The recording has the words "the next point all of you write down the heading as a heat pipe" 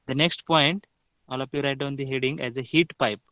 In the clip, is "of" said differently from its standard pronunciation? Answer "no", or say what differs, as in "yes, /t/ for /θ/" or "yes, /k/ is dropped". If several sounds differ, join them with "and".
yes, /p/ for /v/